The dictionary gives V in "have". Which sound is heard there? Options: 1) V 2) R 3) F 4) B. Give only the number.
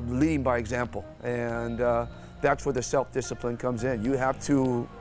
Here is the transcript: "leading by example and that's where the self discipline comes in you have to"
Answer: 3